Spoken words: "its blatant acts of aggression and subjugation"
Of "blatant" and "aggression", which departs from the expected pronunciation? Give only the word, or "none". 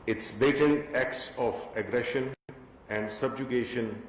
blatant